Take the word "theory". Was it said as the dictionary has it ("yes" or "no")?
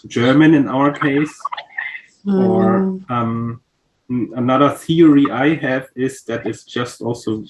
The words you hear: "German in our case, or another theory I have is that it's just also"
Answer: yes